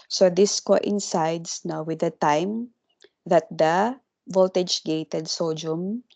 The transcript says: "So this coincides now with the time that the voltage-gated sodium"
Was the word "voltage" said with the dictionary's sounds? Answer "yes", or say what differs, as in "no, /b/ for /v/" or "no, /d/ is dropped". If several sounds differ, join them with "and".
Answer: yes